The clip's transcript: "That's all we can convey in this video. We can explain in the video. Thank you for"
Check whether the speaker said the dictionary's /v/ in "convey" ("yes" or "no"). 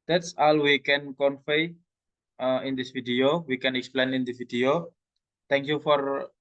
no